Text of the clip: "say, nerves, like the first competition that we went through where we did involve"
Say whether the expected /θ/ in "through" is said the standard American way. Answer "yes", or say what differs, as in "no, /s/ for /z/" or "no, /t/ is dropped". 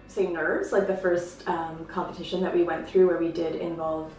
yes